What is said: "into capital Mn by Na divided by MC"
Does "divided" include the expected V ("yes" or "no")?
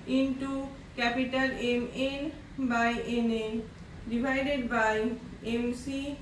no